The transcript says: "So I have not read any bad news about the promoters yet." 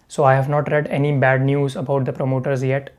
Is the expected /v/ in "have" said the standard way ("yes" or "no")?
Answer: yes